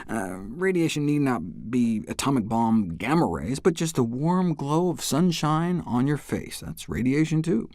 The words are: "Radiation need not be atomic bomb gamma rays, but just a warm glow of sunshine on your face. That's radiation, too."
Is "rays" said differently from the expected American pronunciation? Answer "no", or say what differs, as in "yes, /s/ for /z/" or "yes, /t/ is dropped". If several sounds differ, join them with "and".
no